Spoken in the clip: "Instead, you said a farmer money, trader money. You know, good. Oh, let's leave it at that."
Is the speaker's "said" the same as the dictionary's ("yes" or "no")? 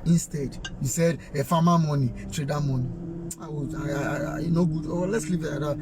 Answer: yes